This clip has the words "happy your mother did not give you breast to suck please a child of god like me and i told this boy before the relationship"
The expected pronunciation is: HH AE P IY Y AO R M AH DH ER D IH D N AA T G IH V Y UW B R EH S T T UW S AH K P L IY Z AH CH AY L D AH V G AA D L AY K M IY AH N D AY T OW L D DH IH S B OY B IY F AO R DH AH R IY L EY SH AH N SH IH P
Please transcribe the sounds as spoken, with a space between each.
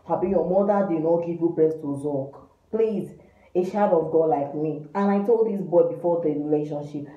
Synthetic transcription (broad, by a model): HH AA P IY Y AO M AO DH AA D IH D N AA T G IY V Y UW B R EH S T T UW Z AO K P L IY Z AH SH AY D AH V G AA D L AY K M IY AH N AY T OW L D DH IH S B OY B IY F AO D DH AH R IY L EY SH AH N SH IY P